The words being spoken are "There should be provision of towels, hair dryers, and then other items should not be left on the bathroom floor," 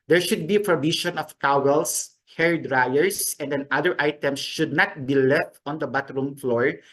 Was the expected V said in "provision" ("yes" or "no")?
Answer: no